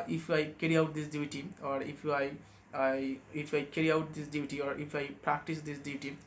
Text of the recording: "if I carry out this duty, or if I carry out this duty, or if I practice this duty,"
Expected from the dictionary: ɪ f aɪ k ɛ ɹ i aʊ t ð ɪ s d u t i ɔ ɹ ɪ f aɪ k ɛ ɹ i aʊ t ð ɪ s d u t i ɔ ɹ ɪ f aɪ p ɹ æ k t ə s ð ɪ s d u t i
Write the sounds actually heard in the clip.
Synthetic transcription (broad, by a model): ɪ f aɪ k ɛ ɹ i aʊ t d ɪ s d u t i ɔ ɹ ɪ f aɪ k ɛ ɹ i aʊ t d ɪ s d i t i ɔ ɹ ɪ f aɪ p ɹ æ k t ə s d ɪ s d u t i